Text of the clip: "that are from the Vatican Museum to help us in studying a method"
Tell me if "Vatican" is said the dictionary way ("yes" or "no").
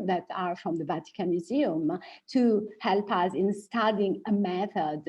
yes